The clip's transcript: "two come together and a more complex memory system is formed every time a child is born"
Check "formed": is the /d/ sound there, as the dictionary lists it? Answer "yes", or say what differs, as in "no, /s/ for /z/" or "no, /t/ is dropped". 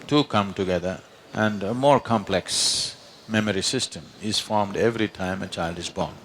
yes